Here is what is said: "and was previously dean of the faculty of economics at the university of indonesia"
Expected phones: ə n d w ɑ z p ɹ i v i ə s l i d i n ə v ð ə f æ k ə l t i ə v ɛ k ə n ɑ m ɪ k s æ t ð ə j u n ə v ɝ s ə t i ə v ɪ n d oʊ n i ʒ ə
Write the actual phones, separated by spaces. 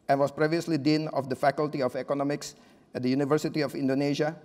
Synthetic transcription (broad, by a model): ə n w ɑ s p ɹ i v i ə s l i d i n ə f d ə f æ k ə l t i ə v ɛ k ə n ɑ m ɪ k s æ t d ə j u n ə v ɝ s ə t i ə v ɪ n d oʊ n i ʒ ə